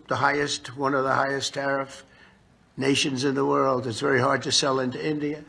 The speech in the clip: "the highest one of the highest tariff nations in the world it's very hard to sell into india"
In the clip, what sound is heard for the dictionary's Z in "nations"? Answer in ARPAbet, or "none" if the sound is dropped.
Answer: Z